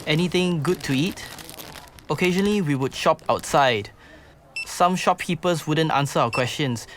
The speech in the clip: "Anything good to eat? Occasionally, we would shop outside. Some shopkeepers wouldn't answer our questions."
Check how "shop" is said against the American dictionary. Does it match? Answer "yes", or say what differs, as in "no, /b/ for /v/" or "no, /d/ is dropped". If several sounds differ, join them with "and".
yes